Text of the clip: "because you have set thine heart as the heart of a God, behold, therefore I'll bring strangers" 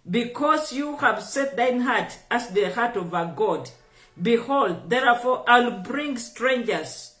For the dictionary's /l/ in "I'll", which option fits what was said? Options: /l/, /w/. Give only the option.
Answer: /l/